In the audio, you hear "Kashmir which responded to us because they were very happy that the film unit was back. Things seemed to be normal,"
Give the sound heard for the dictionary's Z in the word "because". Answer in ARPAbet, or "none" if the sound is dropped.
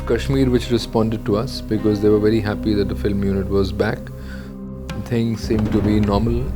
Z